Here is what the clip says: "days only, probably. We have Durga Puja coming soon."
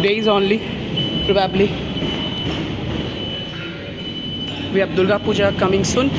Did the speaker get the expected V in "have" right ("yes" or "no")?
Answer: no